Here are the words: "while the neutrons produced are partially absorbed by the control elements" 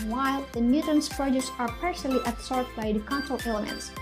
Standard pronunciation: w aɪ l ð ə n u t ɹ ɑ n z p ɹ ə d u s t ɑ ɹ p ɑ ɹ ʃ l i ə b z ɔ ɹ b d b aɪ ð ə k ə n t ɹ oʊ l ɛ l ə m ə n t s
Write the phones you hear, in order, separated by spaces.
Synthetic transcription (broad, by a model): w aɪ l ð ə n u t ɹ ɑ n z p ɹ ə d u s ɑ ɹ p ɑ ɹ s l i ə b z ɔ ɹ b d b aɪ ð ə k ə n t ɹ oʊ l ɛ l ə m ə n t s